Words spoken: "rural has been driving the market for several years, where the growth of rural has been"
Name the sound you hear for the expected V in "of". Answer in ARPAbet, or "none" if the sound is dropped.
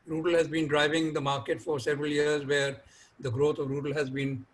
V